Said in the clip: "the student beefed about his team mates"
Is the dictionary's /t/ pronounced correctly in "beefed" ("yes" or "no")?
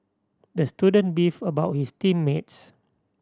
no